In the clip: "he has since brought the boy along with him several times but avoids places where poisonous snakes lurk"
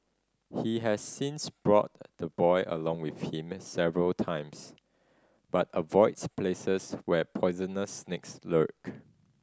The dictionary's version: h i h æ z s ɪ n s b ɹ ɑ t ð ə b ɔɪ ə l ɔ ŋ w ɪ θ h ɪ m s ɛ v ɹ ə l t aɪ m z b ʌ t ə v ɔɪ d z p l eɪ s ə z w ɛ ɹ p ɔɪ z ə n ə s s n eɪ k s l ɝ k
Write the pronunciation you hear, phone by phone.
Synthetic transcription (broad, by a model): h i h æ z s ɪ n s b ɹ ɑ t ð ə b ɔɪ ə l ɔ ŋ w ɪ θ h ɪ m s ɛ v ɹ ə l t aɪ m s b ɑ t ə v ɔɪ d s p l eɪ s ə s w ɛ p ɔɪ z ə n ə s s n eɪ k s l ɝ k